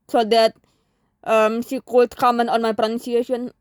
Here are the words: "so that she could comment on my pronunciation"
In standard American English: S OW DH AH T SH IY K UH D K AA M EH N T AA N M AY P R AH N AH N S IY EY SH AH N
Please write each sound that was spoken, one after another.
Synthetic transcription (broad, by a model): S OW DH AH T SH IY K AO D K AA M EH N AA N M AY P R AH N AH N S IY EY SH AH N